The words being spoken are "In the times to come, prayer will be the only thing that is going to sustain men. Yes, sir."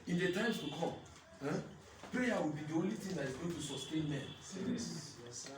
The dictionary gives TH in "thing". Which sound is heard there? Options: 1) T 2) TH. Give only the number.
1